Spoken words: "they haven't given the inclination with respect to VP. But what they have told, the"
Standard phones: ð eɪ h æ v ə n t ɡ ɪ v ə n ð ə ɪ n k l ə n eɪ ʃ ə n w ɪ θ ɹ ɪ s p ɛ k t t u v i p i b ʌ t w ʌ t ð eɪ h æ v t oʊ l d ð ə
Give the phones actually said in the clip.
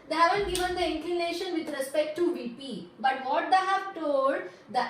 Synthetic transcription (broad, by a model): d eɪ h æ v ə n t ɡ ɪ v ə n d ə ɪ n k l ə n eɪ ʃ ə n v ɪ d ɹ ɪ s p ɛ k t t u v i p i b ʌ t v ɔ t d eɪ h æ v t oʊ l d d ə